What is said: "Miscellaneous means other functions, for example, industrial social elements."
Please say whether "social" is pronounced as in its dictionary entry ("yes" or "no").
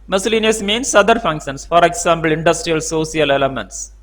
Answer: no